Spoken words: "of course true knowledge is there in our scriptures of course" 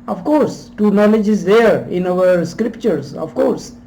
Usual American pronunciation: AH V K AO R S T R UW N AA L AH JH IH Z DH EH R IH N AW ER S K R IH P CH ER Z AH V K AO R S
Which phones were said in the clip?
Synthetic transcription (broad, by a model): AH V K AO R S T UW N AA L AH JH IH Z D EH R IH N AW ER S K R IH P CH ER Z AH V K AO R S